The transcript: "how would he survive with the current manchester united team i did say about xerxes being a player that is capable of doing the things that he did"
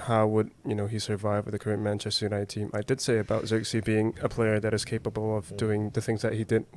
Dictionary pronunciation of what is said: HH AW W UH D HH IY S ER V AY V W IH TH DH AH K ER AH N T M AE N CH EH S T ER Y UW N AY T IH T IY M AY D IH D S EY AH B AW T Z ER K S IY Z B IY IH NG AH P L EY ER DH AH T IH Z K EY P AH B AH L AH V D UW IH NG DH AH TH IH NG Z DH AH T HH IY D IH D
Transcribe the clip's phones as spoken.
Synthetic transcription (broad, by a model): HH AW W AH D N IY S ER V AY V W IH DH AH K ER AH N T M AE N CH EH S T ER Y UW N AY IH T IY M AY D IH D S EY AH B AW T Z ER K S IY B IY IH NG AH P L EY ER DH AH T IH Z K EY P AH B L AH V D UW IH NG DH AH TH IH NG Z DH AH T HH IY D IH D